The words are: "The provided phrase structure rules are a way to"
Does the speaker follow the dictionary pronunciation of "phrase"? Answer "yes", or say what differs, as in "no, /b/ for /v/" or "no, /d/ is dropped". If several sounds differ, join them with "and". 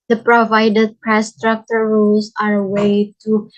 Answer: no, /p/ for /f/